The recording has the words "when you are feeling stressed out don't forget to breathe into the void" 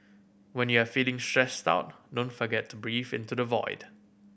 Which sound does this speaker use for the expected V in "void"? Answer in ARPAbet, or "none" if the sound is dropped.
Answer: V